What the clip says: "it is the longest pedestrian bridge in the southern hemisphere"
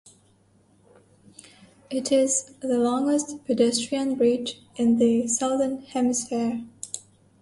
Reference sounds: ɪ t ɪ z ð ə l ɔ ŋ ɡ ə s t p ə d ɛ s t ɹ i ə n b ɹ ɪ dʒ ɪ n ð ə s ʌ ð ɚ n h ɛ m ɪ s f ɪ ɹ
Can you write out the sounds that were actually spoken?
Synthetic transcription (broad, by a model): ɪ t ɪ z ð ə l ɔ ŋ ɡ ə s t p ə d ɛ s t ɹ i ə n b ɹ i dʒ ɪ n ð ə s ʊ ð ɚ n h ɛ m ɪ s f ɪ ɹ